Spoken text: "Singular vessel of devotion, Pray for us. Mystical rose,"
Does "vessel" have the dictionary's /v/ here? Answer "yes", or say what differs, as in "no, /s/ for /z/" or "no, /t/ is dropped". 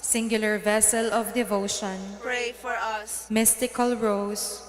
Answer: yes